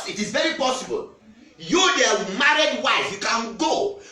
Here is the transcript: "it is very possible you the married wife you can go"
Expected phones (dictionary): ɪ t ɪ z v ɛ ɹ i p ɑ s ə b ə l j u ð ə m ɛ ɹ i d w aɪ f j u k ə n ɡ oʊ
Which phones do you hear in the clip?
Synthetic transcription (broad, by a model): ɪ t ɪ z v ɛ ɹ i p ɑ s ə b ə l j u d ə m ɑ ɹ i d w aɪ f j u k ə n ɡ oʊ